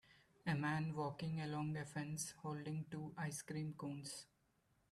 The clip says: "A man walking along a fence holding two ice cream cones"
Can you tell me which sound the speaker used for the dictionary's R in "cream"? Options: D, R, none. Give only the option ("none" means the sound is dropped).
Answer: R